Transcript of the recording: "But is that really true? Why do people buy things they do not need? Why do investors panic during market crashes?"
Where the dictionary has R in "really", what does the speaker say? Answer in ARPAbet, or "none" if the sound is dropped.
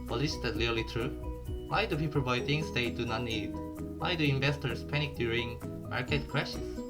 L